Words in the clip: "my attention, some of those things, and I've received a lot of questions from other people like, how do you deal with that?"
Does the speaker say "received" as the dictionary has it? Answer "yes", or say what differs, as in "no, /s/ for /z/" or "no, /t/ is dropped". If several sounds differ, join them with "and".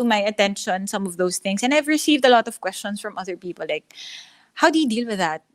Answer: yes